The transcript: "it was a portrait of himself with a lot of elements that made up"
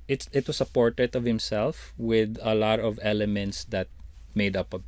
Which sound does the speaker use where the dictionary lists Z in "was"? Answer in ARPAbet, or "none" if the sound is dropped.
S